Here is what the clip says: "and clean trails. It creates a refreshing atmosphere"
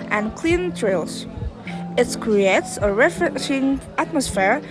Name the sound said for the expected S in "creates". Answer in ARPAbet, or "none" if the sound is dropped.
S